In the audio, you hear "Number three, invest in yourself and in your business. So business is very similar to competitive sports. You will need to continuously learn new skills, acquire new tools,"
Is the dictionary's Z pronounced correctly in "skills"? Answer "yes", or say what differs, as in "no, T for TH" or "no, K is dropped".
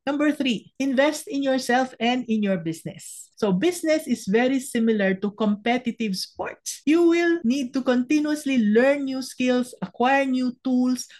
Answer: no, S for Z